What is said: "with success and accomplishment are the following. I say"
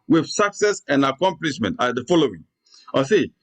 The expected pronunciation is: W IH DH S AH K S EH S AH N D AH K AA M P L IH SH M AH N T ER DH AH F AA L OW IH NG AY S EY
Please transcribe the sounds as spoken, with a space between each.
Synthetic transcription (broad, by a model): W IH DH S AH K S EH S AH N D AH K AA M P L IH SH M AH N T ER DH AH F AA L OW IH NG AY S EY